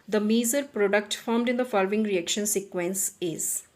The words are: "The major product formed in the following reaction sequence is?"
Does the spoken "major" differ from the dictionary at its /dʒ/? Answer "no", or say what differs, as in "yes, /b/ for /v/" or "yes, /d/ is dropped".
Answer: yes, /z/ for /dʒ/